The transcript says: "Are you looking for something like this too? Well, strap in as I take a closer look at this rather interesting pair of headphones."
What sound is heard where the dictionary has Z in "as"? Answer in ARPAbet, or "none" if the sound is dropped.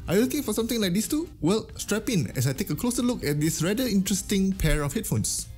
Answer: S